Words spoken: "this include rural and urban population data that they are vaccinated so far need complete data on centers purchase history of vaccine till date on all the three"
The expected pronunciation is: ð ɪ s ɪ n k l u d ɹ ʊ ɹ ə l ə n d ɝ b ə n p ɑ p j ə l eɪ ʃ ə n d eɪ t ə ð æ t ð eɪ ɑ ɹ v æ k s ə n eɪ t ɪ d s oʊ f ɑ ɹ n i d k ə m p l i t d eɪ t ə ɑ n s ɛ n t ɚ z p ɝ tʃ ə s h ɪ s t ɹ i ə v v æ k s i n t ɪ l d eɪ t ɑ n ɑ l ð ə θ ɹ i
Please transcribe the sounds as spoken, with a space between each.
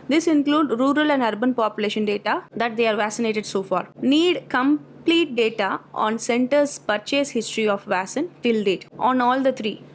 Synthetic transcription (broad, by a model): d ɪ s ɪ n k l u d ɹ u ɹ ə l ə n d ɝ b ə n p ɑ p j ə l eɪ ʃ ə n d eɪ t ə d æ t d eɪ ɑ ɹ v æ k s ə n eɪ t ɪ d s oʊ f ɑ ɹ n i d k ə m p l i t d eɪ t ə ɑ n s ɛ n t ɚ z p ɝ tʃ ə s h ɪ s t ɹ i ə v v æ s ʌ n t ɪ l d eɪ t ɑ n ɑ l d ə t ɹ i